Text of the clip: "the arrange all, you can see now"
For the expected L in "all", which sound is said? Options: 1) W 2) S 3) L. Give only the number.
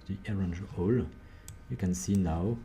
3